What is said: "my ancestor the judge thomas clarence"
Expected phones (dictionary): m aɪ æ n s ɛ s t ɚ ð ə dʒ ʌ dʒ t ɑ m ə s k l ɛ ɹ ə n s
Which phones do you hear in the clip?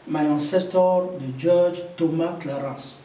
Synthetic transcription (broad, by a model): m aɪ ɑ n s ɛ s t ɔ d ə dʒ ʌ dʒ t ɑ m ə k l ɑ ɹ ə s